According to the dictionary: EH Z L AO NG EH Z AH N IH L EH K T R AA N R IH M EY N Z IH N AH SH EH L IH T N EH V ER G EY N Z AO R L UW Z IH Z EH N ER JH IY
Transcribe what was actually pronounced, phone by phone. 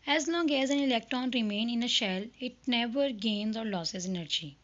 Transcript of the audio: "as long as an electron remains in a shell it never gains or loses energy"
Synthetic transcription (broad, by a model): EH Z L AO NG EH Z AH N IH L EH K T R AA N R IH M EY N IH N AH SH EH L IH T N EH V ER G EY N Z AO R L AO S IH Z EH N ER JH IY